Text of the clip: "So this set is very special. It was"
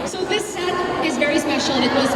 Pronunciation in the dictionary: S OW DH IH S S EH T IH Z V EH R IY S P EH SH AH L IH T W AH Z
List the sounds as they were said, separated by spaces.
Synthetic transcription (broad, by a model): S OW DH IH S S EH T IH Z V EH R IY S P EH SH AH N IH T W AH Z